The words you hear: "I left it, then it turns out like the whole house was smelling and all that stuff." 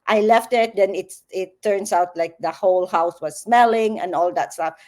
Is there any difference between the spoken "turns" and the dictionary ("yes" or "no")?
yes